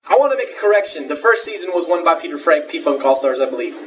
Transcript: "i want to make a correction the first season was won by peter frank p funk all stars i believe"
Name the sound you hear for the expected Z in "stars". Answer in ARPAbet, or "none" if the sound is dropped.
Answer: Z